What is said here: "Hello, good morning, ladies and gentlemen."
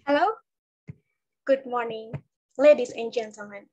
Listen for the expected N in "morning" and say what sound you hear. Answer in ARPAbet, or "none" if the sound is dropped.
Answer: N